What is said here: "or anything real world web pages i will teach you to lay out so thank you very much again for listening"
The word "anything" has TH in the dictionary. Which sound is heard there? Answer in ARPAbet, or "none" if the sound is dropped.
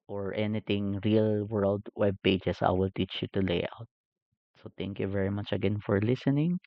T